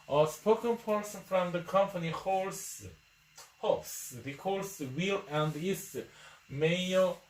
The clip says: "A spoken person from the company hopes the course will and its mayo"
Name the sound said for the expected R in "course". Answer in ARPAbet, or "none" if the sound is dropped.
L